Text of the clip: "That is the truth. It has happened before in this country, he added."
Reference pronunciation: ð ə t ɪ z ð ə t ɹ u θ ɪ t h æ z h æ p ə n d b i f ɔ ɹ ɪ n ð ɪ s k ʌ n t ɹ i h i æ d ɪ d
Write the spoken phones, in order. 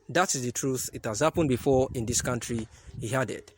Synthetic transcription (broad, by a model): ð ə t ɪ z ð ə t ɹ u θ ɪ t h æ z h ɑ p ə n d b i f ɔ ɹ ɪ n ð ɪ s k ʌ n t ɹ i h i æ d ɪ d